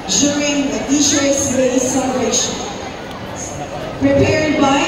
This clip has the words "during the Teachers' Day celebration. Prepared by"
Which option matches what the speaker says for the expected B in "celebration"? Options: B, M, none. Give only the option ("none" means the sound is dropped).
none